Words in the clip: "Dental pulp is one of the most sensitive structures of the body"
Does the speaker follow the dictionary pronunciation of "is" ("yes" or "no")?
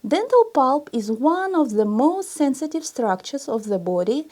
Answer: yes